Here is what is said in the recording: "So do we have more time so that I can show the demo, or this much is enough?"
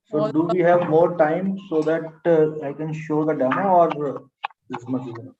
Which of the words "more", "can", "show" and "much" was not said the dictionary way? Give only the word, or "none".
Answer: much